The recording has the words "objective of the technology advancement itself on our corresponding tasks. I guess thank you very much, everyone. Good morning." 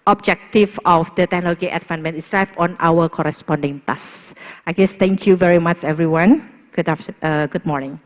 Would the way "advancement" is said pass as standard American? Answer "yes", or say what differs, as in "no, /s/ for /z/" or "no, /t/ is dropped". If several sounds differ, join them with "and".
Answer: no, /s/ is dropped